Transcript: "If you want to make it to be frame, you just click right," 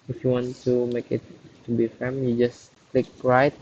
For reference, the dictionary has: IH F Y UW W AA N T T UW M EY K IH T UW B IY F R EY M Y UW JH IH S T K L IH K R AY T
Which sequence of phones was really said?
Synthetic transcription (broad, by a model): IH F Y UW W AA N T T UW M EY K IH T UW B IY F EY M Y UW JH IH S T K L IH K R AY T